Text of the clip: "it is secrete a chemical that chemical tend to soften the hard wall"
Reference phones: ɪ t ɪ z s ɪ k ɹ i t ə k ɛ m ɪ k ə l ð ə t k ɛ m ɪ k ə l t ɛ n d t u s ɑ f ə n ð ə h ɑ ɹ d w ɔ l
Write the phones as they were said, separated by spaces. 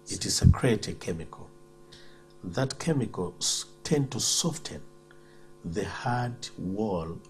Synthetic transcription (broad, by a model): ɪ t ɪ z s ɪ k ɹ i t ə k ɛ m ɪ k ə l ð ə t k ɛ m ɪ k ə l t ɛ n d t u s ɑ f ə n ð ə h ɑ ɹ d w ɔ l